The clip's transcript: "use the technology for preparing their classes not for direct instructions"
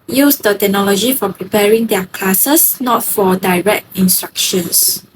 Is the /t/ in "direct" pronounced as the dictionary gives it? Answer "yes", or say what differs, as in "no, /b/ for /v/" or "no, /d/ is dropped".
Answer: yes